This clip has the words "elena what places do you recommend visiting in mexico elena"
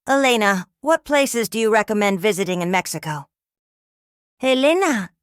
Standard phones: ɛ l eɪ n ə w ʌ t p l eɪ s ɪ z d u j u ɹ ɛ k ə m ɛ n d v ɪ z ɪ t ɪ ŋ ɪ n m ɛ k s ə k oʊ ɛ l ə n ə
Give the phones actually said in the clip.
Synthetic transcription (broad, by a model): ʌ l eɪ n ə w ʌ t p l eɪ s ɪ z d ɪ j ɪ ɹ ɛ k ə m ɛ n d v ɪ z ɪ t ɪ ŋ ɪ n m ɛ k s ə k oʊ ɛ l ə n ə